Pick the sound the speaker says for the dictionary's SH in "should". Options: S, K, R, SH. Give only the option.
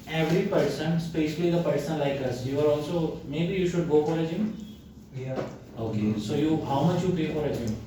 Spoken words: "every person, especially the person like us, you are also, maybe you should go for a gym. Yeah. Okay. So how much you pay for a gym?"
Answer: SH